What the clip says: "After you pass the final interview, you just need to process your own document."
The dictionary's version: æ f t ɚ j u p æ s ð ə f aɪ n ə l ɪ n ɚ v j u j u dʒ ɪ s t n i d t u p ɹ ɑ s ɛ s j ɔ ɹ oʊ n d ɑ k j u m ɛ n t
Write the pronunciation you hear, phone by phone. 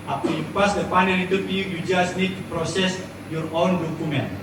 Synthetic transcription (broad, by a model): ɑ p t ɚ j u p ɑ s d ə p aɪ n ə n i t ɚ p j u j u dʒ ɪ s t n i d t u p ɹ ɑ s ɛ s j ɔ ɹ oʊ n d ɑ k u m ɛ n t